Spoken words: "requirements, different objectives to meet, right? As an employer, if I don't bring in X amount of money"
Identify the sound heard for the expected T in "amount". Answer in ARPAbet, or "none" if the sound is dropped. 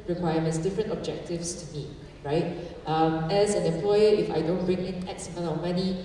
none